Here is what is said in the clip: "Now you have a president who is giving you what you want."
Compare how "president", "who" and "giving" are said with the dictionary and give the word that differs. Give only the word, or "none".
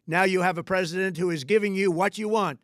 none